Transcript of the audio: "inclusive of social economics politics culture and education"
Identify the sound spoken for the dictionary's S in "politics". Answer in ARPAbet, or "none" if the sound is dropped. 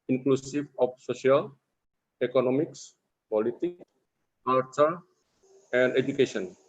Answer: none